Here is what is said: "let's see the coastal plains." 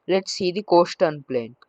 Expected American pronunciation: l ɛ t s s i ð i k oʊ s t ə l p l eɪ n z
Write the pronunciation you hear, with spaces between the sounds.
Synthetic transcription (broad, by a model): l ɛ t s s i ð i k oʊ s t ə n p l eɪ n